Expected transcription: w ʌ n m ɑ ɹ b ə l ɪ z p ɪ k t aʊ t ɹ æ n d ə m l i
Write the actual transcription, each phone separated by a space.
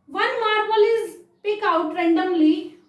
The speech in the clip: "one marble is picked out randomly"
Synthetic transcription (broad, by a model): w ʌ n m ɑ ɹ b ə l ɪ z p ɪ k aʊ t ɹ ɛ n d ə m l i